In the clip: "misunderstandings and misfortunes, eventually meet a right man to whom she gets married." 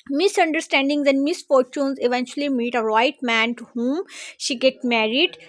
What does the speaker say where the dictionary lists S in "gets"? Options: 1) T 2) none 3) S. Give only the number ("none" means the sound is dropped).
2